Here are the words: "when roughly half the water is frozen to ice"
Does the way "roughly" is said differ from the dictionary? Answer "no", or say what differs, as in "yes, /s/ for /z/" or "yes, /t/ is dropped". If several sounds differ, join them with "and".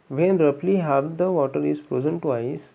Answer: yes, /p/ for /f/